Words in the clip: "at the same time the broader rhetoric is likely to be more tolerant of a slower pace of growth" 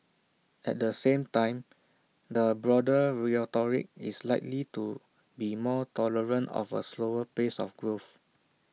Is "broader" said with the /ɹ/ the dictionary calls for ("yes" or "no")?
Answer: yes